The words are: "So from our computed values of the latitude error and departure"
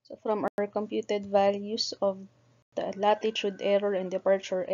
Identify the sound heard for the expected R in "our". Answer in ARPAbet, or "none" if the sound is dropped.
R